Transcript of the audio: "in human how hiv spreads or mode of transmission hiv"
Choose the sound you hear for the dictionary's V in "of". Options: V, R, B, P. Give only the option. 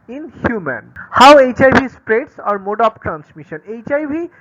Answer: P